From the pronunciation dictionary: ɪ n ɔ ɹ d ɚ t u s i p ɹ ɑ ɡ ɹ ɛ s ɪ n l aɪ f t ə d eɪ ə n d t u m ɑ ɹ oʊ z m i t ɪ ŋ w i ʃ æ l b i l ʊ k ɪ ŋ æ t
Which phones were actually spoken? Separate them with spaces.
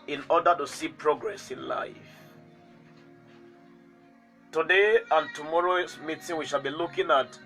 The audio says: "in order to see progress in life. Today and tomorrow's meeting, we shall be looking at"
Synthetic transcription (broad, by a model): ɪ n ɔ d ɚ t u s i p ɹ ɑ ɡ ɹ ɛ s ɪ n l aɪ f t ə d eɪ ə n t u m ɑ ɹ oʊ s m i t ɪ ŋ w i ʃ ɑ l b i l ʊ k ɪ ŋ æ t